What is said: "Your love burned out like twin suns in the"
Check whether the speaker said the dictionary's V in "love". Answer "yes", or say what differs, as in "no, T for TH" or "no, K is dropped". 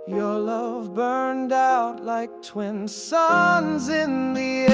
yes